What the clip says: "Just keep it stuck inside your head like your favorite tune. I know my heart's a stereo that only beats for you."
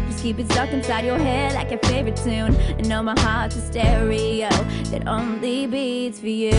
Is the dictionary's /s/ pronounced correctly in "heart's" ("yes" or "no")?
no